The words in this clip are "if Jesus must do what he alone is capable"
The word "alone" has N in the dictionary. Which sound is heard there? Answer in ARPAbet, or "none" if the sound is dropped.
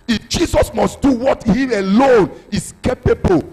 N